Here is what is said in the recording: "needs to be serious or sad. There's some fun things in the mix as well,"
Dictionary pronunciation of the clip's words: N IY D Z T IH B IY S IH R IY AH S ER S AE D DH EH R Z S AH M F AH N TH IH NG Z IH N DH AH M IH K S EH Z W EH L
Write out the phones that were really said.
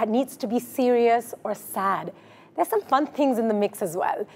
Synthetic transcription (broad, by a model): N IY D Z T IH B IY S IH R IY AH S ER S AE D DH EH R S AH M F AH N TH IH NG Z IH N DH AH M IH K S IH Z W EH L